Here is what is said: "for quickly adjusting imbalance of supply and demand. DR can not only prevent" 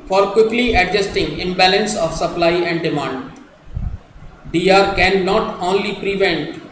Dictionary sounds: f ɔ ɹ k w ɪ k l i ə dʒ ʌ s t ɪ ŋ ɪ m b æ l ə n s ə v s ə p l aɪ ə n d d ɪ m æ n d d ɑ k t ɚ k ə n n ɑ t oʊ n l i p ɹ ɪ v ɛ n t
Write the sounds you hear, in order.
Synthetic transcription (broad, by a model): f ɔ ɹ k w ɪ k l i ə dʒ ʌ s t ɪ ŋ ɪ m b æ l ə n s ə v s ə p l aɪ ə n d d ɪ m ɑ n d d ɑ t k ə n n ɑ t oʊ n l i p ɹ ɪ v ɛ n t